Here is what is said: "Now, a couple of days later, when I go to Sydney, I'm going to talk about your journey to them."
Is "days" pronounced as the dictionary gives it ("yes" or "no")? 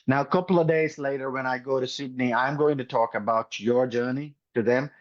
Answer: yes